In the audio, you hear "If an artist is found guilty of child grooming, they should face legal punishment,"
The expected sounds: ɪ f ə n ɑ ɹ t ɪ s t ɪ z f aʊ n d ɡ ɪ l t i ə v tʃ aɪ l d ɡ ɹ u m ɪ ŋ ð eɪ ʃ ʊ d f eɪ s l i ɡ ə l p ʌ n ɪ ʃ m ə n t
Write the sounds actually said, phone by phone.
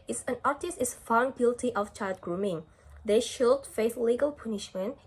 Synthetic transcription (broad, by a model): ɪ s ə n ɑ ɹ t ɪ s t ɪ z f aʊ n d ɡ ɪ l t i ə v tʃ aɪ l d ɡ ɹ u m ɪ ŋ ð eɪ ʃ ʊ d f eɪ θ l i ɡ ə l p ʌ n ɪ ʃ m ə n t